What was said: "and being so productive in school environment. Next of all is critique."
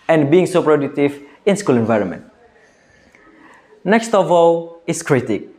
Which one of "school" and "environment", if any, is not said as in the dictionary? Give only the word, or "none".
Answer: none